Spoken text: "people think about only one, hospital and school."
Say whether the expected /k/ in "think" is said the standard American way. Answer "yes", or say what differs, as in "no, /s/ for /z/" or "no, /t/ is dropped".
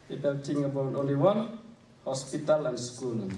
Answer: no, /k/ is dropped